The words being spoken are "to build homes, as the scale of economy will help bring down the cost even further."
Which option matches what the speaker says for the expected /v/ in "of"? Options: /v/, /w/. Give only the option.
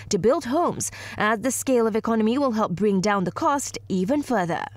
/v/